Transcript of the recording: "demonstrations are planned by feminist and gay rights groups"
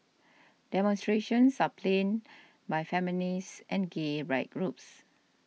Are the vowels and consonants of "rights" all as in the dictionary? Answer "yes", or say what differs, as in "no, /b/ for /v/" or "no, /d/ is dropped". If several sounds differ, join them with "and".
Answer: no, /s/ is dropped